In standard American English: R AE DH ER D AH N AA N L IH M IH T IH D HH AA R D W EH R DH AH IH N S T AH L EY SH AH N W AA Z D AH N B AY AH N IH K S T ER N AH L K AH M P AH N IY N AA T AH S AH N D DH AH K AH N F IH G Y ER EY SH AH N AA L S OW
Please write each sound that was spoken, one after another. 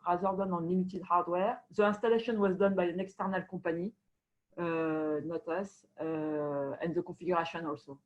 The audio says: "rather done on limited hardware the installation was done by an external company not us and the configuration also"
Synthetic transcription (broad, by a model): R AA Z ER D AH N AA N L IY M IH T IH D HH AA R D W EH R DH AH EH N S T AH L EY SH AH N W AA Z D AH N B AY AH N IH K S T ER N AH L K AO P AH N IY N AA T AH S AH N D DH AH K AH F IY G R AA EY SH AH N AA L S OW